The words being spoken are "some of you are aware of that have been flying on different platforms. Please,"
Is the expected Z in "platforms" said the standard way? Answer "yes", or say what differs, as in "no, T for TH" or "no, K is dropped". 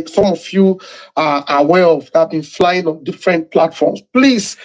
no, S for Z